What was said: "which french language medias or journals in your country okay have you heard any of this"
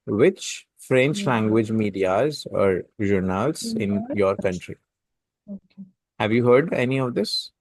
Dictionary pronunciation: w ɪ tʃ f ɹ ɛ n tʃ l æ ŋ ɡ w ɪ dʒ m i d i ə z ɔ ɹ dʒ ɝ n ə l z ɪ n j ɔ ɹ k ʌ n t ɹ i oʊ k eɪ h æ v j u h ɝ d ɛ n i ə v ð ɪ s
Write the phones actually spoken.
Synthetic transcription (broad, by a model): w ɪ tʃ f ɹ ɛ n tʃ l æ ŋ ɡ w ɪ dʒ m i d i ə z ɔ ɹ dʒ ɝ n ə l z ɪ n j ɔ ɹ k ʌ n t ɹ i h æ v j u h ɝ d ɛ n i ə v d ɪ s